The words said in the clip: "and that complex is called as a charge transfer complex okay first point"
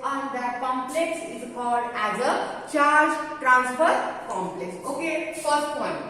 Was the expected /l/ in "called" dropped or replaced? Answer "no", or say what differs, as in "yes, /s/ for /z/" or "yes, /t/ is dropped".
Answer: no